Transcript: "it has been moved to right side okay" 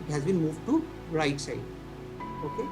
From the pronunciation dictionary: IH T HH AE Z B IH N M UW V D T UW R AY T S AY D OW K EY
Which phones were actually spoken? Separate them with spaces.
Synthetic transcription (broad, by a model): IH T HH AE Z B IH N M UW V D T UW R AY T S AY OW K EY